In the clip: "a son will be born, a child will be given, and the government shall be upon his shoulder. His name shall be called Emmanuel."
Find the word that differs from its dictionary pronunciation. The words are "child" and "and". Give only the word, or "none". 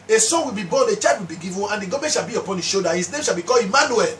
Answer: child